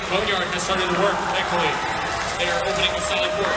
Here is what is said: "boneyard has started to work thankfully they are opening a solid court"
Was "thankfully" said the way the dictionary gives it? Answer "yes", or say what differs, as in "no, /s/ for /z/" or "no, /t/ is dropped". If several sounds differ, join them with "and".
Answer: no, /ŋ/ is dropped